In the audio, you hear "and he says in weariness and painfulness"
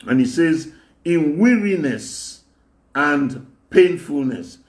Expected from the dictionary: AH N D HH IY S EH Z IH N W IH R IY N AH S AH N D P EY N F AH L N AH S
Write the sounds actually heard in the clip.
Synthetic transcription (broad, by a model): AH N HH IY S EH Z IH N W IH R IY N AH S AH N D P EY N F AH L N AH S